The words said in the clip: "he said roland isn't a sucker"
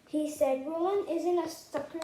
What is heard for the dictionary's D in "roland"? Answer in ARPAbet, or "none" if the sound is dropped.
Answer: none